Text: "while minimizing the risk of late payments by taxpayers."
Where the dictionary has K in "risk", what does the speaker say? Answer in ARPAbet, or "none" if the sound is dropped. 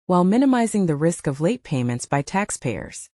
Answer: K